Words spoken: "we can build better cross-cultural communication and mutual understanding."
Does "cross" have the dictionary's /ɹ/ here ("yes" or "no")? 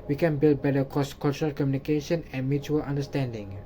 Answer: no